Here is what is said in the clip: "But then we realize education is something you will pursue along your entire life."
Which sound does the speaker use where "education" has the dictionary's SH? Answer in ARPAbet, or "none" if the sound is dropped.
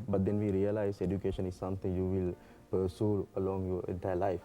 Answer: SH